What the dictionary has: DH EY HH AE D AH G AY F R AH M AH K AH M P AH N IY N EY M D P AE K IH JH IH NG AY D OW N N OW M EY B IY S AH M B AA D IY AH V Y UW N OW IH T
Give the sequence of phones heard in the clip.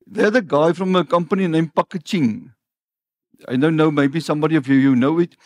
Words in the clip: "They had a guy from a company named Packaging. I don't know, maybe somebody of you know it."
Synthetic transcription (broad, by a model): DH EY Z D AH G AY F R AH M AH K AH M P AH N IY N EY M P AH K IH CH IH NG AY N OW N N OW M EY B IY S AH M B AA D IY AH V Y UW N OW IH T